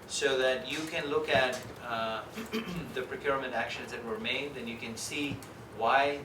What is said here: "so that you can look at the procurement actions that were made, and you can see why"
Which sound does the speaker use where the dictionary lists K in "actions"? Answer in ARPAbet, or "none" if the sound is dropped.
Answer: K